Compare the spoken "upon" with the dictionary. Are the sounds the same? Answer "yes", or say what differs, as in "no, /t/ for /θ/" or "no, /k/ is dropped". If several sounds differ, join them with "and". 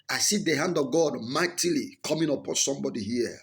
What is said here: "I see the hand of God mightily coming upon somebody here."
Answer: yes